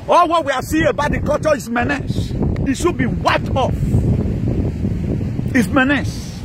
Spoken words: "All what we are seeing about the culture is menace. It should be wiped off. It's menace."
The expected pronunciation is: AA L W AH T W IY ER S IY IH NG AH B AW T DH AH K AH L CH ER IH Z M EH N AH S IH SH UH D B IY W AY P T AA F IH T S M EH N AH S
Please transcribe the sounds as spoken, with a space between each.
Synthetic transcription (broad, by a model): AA L W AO T W IY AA S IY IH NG AH B AW T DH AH K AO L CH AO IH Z M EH N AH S IH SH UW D B IY W AY P T AA F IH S M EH N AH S